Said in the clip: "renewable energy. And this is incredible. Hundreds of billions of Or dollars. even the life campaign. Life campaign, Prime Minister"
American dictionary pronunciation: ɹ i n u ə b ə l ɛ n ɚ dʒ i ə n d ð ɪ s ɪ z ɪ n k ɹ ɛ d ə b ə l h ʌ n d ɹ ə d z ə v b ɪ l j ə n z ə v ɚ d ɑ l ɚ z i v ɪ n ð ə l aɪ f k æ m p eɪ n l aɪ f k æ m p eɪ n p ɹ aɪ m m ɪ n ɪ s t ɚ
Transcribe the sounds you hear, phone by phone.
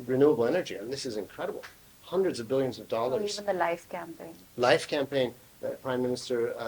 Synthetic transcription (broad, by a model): ɹ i n u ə b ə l ɛ n ɚ dʒ i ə n ð ɪ s ɪ z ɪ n k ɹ ɛ d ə b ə l h ʌ n d ɹ ə d z ə v b ɪ l j ə n z ə v d ɑ l ɚ i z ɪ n ð ə l aɪ f k æ m p eɪ n l aɪ f k æ m p eɪ n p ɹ aɪ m m ɪ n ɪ s t ɚ